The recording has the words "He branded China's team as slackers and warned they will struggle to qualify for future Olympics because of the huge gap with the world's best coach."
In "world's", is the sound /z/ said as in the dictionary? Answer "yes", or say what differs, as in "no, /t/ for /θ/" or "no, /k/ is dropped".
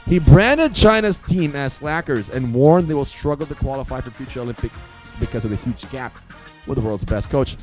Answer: yes